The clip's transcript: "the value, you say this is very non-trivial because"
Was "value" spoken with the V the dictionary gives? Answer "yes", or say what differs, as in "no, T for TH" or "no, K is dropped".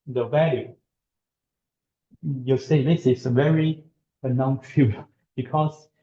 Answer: yes